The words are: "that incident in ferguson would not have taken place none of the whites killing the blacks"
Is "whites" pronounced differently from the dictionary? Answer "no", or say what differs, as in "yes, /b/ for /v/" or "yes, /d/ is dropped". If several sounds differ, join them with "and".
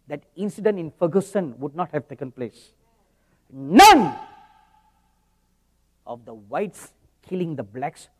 no